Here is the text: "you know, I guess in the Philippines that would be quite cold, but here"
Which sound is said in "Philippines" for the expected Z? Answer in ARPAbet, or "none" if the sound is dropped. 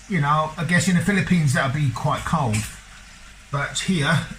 Z